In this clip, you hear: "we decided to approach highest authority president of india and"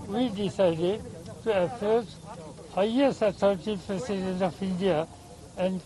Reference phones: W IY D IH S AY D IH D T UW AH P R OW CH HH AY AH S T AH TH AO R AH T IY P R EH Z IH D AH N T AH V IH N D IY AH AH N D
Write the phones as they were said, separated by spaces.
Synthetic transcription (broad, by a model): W IY D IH S AY D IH D T UW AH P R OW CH HH AY AH S T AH T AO R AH T IY P R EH S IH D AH N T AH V IH N D IY AH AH N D